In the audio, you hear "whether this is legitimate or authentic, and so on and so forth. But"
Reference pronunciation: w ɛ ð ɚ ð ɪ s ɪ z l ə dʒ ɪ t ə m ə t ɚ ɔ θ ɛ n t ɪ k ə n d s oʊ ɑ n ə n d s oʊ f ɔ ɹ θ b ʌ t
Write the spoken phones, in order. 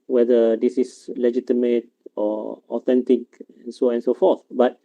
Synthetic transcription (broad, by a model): w ɛ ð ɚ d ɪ s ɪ s l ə dʒ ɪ t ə m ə t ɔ ɔ t ɛ n t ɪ k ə n s oʊ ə n s oʊ f ɔ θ b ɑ t